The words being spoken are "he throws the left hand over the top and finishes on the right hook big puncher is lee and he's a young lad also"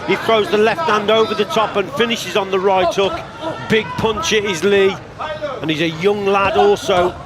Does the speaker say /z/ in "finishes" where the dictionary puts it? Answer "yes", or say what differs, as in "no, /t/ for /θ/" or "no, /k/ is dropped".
yes